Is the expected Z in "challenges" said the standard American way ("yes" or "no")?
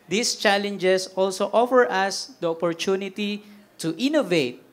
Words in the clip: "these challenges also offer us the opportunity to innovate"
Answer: no